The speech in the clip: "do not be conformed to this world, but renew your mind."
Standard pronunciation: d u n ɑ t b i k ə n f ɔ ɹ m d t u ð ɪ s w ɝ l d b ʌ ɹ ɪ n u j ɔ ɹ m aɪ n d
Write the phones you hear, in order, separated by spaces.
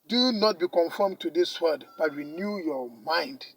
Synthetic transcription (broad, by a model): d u n ɑ t b i k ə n f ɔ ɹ m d t u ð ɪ s w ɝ d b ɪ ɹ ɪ n u j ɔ m aɪ n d